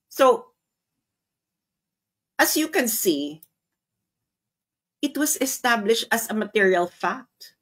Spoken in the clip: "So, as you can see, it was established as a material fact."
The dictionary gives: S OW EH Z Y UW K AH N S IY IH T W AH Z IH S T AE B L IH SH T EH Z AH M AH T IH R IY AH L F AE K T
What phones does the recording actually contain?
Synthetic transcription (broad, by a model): S OW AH S Y UW K AH N S IY IH T W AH S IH S T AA B L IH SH T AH S AH M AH T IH R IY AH L F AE K T